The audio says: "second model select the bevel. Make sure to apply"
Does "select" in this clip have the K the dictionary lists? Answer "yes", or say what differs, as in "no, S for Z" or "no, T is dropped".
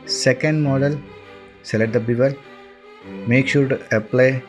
no, K is dropped